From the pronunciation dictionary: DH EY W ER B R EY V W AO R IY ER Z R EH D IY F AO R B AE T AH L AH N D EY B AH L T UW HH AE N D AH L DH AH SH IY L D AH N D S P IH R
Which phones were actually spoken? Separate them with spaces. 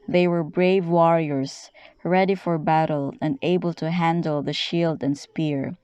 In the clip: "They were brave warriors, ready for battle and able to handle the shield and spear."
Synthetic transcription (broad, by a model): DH EY W ER B R EY V W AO R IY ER S R EH D IY F AO R B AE T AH L AH N D EY B AH L T UW HH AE N D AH L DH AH SH IY L D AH N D S P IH R